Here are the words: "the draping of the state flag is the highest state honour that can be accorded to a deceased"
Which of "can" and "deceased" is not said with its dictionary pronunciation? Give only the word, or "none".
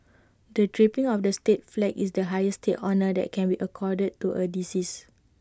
deceased